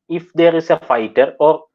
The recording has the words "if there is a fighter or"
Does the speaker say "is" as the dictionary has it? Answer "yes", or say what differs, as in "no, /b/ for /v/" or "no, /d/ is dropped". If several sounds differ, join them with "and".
no, /s/ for /z/